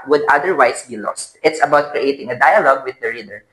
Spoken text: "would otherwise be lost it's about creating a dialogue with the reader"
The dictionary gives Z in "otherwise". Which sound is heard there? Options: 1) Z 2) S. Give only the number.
2